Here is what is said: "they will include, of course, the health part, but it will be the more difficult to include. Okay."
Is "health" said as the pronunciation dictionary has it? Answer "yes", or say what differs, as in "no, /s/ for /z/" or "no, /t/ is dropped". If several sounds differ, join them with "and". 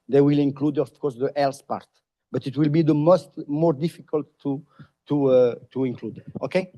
no, /s/ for /θ/